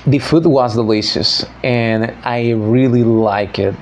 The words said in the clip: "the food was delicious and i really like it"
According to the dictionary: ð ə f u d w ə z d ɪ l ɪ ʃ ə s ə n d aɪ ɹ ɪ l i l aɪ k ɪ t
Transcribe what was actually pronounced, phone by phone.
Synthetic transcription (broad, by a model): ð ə f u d w ə z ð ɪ l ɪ s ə s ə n aɪ ɹ ɪ l i l aɪ k ɪ t